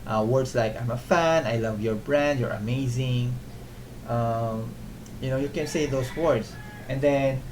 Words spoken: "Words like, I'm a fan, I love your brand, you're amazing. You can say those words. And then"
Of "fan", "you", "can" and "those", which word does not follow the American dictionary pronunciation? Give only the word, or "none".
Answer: those